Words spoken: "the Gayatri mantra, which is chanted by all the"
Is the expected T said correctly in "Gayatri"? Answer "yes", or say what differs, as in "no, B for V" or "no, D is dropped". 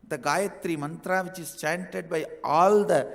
yes